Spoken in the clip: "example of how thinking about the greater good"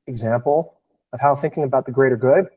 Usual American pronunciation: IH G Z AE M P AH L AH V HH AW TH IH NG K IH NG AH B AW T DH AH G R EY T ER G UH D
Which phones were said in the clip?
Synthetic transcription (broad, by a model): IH G Z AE M P L AH V HH AW TH IH NG K IH NG AH B AW T DH AH G R EY T ER G UH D